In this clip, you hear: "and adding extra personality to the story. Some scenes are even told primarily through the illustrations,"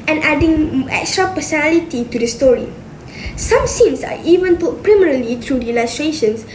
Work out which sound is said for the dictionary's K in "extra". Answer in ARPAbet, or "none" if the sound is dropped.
K